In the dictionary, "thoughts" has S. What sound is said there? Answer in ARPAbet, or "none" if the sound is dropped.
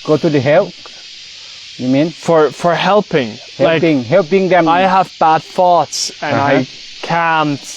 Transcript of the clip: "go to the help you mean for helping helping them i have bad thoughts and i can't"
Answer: S